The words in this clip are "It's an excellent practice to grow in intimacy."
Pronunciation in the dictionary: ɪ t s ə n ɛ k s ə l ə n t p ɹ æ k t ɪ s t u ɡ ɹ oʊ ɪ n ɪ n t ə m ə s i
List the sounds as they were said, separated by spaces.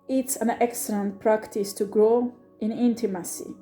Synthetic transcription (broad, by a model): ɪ t s ə n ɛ k s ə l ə n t p ɹ æ k t ɪ s t u ɡ ɹ oʊ ɪ n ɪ n t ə m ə s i